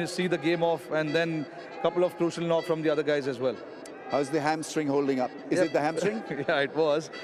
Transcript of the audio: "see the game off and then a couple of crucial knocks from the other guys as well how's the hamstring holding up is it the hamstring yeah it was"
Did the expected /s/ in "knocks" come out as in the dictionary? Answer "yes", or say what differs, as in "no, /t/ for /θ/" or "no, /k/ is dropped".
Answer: no, /s/ is dropped